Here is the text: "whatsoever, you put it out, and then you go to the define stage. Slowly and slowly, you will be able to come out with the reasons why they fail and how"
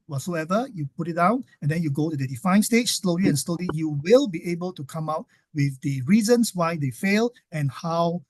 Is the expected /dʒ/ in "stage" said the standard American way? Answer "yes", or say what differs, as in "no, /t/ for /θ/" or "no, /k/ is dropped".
no, /tʃ/ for /dʒ/